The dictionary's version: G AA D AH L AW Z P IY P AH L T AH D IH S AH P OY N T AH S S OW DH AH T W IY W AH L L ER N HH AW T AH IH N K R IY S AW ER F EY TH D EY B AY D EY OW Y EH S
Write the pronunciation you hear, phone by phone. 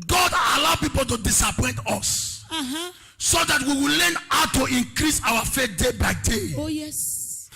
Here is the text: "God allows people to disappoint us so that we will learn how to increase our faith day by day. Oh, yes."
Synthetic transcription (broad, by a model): G AA D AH L AW P IY P AH L T AH D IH S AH P OY N T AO S S OW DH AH T W IY W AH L L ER N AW T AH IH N K R IY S AW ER F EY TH D EY B AY D EY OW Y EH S